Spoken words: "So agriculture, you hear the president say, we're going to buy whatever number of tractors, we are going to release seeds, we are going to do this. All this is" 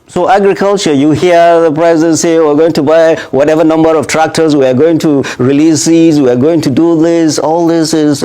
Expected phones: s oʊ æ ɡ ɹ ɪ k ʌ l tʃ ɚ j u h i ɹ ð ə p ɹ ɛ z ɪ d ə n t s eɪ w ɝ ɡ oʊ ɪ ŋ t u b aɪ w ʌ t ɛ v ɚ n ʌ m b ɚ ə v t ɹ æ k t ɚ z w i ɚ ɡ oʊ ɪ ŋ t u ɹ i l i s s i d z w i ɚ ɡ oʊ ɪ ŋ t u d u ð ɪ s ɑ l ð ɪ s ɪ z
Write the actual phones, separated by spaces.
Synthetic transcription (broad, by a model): s oʊ æ ɡ ɹ ɪ k ʌ l tʃ ɚ j u h i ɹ ð ə p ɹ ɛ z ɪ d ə n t s eɪ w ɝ ɡ oʊ ɪ ŋ t u b aɪ w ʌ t ɛ v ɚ n ʌ m b ɚ ə v t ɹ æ k t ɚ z w i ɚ ɡ oʊ ɪ ŋ t u ɹ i l i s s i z w i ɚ ɡ oʊ ɪ ŋ t u d u ð ɪ s ɑ l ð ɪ s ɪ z